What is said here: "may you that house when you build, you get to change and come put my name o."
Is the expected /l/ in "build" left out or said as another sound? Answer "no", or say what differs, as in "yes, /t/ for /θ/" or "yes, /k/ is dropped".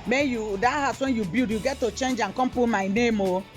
yes, /l/ is dropped